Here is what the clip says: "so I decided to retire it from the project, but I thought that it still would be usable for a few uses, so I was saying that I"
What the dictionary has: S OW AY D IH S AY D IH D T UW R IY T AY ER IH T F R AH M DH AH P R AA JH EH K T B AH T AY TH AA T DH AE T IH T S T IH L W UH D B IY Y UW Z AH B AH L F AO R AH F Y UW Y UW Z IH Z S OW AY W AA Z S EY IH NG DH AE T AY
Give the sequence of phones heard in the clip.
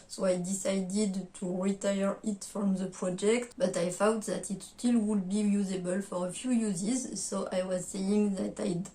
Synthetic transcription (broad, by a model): S OW AY D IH S AY D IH D T UW R IY T AY ER IH T F R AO M DH AH P R AA JH EH K T B AH T AY F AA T DH AE T IH T S T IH L W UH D B IY Y UW Z AH B AH L F AO R AH F Y UW Y UW Z IH Z S OW AY W AA Z S EY IH NG DH AE T AY